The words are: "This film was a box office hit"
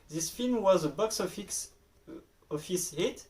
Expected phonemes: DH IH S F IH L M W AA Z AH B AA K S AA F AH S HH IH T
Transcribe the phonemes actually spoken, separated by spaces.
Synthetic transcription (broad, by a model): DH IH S F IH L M W AA Z AH B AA K S AA F AH S HH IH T